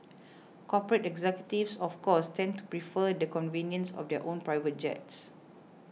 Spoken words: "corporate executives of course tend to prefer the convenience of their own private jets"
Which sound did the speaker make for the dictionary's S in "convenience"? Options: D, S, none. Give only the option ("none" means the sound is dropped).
S